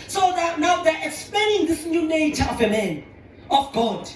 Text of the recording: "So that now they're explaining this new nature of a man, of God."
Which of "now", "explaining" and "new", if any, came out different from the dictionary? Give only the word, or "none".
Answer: none